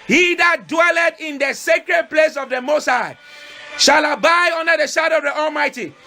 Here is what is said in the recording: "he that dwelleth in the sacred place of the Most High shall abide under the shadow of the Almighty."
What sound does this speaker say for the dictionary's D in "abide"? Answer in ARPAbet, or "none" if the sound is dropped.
none